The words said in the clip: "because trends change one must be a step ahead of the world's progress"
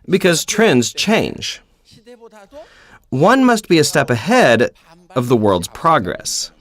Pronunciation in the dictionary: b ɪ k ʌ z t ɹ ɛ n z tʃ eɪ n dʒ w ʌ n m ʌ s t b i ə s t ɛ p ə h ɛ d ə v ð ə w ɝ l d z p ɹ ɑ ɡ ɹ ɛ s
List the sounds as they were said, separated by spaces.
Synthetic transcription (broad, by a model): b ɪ k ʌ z t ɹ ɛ n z tʃ eɪ n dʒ w ʌ n m ʌ s t b i ə s t ɛ p ə h ɛ d ə v ð ə w ɝ l d z p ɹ ɑ ɡ ɹ ɛ s